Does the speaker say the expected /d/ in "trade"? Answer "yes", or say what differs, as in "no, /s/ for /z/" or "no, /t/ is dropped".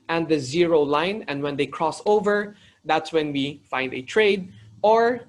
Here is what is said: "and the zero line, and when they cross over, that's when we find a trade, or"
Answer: yes